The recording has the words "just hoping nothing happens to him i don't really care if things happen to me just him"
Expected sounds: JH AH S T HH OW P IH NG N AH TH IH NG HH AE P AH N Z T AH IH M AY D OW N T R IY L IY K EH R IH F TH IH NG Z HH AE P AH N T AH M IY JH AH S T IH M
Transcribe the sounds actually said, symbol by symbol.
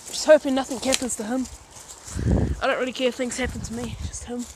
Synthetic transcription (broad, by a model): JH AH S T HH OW F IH N AH TH IH NG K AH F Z T AH IH M AY D OW N T R IY L IY K EH R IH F TH IH NG Z HH AE P AH N T AH M IY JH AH S T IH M